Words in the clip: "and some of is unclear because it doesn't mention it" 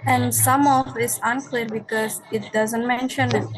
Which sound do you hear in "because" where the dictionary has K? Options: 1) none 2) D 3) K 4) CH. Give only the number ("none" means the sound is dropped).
3